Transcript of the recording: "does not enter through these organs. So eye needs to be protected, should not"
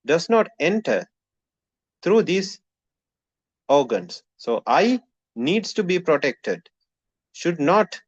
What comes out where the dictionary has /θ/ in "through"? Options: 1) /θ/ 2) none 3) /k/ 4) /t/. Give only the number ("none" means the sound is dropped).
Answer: 4